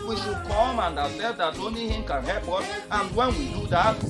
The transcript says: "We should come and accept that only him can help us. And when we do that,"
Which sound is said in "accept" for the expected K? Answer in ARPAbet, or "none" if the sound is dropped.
none